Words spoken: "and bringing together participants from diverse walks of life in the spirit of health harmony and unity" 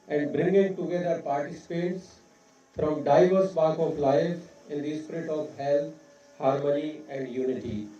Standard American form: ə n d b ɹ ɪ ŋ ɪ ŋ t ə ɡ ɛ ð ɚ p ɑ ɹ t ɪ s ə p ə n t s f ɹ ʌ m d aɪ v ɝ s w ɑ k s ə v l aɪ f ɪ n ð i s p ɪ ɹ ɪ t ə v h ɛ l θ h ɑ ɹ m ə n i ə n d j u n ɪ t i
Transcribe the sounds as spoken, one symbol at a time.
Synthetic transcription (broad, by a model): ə n d b ɹ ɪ ŋ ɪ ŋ t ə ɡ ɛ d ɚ p ɑ ɹ t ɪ s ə p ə t s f ɹ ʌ m d aɪ v ɝ s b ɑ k ə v l aɪ f ɪ n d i s p ɪ ɹ ɪ t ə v h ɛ l t h ɑ ɹ m ə n i ə n d j u n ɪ t i